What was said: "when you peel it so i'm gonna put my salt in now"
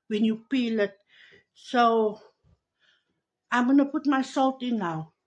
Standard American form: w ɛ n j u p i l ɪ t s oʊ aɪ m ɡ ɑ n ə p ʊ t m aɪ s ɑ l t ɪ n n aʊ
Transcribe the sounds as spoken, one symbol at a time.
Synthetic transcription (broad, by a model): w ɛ n j u p i l ɪ t s oʊ aɪ m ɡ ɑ n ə p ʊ t m aɪ s ɑ l t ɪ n n aʊ